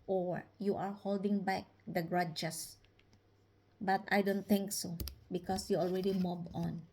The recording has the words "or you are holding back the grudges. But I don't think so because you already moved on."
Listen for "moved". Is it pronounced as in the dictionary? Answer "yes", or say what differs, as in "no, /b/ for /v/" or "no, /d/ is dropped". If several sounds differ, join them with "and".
no, /d/ is dropped